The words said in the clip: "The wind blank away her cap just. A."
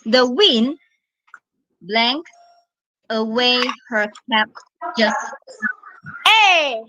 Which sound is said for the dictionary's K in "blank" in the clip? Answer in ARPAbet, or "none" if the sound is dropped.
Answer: K